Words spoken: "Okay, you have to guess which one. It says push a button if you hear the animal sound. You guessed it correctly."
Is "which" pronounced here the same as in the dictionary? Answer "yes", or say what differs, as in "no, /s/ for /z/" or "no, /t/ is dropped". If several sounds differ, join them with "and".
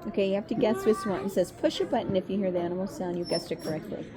no, /s/ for /tʃ/